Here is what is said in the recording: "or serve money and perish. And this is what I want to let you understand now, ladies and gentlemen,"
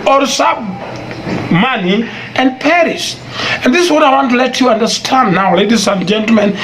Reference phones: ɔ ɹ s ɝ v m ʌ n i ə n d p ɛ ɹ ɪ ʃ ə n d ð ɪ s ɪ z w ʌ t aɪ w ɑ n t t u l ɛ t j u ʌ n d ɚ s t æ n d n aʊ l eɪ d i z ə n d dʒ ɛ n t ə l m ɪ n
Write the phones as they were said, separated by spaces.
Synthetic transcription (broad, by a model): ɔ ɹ s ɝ b m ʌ n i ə n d p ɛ ɹ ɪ s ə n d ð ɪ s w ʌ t aɪ w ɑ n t t u l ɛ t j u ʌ n d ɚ s t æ n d n aʊ l eɪ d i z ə n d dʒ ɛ n t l m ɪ n